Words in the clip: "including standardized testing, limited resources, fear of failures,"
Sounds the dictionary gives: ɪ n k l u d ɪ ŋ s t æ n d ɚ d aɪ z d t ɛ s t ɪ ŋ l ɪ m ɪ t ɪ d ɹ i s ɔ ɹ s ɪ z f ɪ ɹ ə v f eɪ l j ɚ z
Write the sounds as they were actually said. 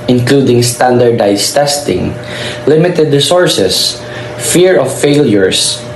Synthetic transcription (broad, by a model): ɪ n k l u d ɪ ŋ s t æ n d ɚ d aɪ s t ɛ s t ɪ ŋ l ɪ m ɪ t ɪ d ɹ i s ɔ ɹ s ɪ s f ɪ ɹ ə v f eɪ l j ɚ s